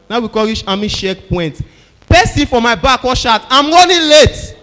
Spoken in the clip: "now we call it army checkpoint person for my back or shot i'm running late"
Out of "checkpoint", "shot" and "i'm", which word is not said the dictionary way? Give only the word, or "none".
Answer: checkpoint